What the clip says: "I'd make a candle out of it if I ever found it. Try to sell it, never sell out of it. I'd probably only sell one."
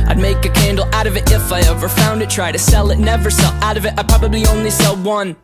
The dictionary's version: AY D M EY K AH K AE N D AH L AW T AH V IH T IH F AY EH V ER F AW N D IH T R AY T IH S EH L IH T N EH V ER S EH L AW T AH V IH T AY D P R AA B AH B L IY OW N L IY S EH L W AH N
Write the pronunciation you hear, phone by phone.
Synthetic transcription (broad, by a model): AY D M EY K AH K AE N D L AW T AH V IH T IH F AY EH V ER F AW N D IH T R AY T IH S EH L IH T N EH V ER S EH L AW T AH V IH T AY P R AA B AH B L IY OW N L IY S EH L W AH N